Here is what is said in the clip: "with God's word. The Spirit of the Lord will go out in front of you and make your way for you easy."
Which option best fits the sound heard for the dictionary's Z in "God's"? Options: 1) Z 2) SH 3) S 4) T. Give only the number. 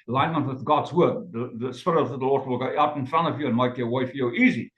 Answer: 1